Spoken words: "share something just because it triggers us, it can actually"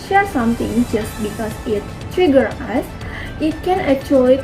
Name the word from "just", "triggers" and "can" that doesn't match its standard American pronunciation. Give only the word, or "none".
triggers